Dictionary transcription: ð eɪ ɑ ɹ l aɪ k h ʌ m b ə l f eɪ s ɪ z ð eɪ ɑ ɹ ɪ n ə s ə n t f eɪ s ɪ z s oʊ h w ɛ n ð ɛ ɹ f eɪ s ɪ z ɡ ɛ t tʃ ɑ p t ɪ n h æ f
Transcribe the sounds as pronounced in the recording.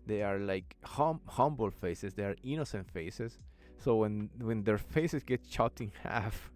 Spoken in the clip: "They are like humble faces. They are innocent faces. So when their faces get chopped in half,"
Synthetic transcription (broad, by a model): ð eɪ ɑ ɹ l aɪ k h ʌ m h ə l f eɪ s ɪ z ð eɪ ɑ ɹ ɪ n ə s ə n t f eɪ s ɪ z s oʊ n w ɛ n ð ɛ ɹ f eɪ s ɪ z ɡ ɛ t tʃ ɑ t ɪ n h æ f